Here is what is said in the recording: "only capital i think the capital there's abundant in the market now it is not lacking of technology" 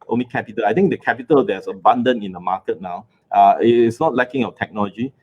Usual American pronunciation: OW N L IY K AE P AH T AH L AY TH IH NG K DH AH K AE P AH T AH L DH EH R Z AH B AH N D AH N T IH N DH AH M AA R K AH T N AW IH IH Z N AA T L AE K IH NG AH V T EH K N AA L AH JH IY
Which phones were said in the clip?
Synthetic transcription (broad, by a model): OW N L IY K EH P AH T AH L AY T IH NG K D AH K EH P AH T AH L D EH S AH B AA N D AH N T IH N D AH M AA K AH T N AW IH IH S N AA T L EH K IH NG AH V T EH K N AA L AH JH IY